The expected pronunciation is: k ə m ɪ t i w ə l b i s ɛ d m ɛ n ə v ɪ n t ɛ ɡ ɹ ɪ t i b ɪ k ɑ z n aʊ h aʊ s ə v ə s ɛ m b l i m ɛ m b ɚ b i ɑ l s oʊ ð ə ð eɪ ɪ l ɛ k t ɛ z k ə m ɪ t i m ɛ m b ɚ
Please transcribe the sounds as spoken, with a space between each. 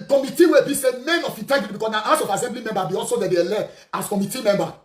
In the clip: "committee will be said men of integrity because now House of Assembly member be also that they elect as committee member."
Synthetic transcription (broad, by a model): k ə m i t i w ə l b i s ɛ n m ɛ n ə f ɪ t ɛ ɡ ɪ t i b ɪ k ɑ s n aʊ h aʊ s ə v ə s ɛ m b l i m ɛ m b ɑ b i ɑ l s oʊ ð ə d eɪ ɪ l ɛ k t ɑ s k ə m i t i m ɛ m b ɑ